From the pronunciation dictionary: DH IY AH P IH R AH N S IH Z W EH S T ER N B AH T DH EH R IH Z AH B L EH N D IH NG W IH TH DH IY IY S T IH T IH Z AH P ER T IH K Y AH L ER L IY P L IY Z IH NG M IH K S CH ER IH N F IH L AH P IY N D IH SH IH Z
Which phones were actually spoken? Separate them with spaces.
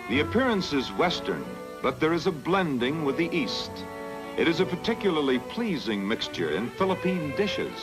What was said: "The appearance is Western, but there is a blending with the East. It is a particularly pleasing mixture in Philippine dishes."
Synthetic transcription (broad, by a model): DH IY AH P IH R AH N S IH Z W EH S T ER N B AH T DH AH R IH Z AH B L EH N D IH NG W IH DH IY IY S T IH T IH Z AH P ER T IH K Y L ER L IY P L IY Z IH NG M IH K S CH ER IH N F IH L AH P IY N D IH SH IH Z